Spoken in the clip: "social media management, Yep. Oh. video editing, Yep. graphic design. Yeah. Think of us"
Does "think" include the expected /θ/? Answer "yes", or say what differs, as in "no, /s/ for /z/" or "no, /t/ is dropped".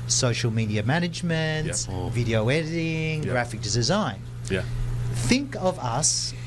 yes